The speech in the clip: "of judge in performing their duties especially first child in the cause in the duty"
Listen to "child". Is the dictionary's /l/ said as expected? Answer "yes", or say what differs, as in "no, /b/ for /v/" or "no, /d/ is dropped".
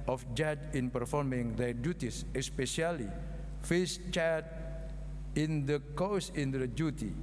no, /l/ is dropped